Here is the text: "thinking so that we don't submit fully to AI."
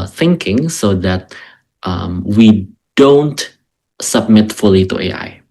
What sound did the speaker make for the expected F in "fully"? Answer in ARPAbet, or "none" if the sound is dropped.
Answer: F